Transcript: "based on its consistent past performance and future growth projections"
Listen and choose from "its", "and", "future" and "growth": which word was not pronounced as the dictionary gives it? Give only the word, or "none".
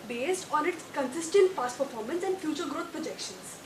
growth